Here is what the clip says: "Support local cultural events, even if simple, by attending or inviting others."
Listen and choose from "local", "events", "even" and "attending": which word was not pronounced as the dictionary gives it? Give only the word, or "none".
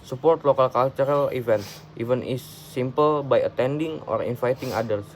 events